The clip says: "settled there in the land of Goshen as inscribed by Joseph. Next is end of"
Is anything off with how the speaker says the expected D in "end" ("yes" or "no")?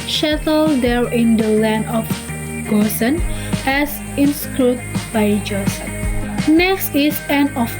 yes